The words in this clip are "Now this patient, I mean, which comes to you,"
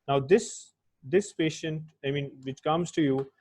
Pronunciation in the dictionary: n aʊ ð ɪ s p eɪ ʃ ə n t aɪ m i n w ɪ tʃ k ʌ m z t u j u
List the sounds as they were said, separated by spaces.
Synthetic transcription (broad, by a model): n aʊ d ɪ s p eɪ ʃ ə n t aɪ m i n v ɪ tʃ k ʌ m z t u j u